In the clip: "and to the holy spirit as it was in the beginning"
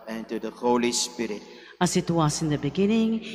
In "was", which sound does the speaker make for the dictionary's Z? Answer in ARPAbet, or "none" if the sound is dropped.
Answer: S